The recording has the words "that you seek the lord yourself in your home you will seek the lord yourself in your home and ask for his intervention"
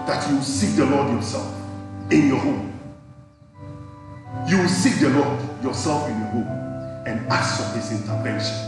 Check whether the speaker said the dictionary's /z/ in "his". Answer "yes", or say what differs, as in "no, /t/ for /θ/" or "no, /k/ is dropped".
no, /s/ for /z/